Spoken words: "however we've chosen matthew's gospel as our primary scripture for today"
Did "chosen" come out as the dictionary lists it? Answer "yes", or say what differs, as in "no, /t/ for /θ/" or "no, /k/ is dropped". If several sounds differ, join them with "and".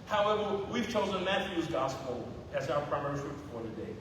yes